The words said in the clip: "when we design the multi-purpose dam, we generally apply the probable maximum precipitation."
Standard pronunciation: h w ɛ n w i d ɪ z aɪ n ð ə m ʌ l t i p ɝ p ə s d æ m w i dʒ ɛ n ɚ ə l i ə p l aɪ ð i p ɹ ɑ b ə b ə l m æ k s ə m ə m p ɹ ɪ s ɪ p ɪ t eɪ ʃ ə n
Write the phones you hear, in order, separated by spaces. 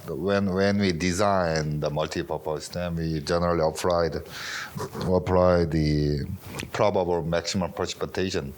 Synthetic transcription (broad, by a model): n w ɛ n w i d ɪ z aɪ n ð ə m ʌ l t i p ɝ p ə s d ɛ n w i dʒ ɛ n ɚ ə l i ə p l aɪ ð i p ɹ ɑ b ə b ə l m æ k s ə m ə m p ɹ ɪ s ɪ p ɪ t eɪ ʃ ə n